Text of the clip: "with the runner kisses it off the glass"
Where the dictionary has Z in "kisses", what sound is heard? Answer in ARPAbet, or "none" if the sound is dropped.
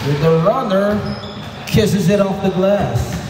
Z